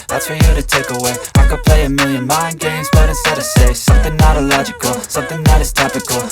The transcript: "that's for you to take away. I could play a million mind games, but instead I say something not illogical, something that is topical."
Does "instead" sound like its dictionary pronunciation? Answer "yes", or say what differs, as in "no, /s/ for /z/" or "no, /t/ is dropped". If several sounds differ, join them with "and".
no, /n/ is dropped